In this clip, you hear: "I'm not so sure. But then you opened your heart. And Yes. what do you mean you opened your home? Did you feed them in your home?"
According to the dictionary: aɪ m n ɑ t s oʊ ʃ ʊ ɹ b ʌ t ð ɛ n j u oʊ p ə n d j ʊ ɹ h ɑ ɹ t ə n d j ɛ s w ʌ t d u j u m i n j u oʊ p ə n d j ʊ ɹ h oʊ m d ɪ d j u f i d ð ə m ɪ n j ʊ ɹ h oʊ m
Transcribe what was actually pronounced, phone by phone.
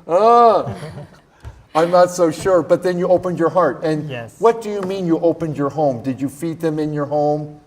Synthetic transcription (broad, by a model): aɪ m n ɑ t s oʊ ʃ ʊ ɹ b ʌ t ð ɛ n j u oʊ p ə n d j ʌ ɹ h ɑ ɹ t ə n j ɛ w ʌ t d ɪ j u m i n j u oʊ p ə n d j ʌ ɹ h oʊ m d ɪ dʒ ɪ f i d ð ə m ɪ n j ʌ ɹ h oʊ m